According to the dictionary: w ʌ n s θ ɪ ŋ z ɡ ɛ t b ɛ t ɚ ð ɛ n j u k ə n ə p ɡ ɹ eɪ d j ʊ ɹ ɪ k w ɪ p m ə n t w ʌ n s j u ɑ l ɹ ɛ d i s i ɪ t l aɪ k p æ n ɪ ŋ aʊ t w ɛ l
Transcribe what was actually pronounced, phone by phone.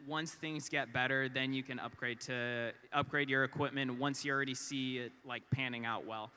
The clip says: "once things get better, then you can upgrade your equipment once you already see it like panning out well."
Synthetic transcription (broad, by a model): w ʌ n s θ ɪ ŋ z ɡ ɛ t b ɛ t ɚ ð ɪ n j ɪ k ə n ə p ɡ ɹ eɪ d j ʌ ɹ ɪ k w ɪ p m ə n t w ʌ n s j ɑ l ɹ ɛ d i s i ɪ t l aɪ k p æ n ɪ ŋ aʊ t w ɛ l